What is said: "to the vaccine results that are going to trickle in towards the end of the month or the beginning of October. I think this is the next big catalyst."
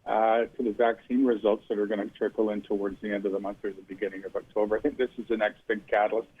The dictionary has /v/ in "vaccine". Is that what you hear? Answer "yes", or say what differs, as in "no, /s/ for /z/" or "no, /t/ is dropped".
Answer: yes